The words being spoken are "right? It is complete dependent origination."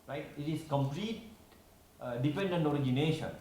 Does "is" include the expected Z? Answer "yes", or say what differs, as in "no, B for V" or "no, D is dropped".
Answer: no, S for Z